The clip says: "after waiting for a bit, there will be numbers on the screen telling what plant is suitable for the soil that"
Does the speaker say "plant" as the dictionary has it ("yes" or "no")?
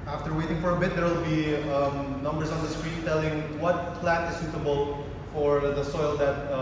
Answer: no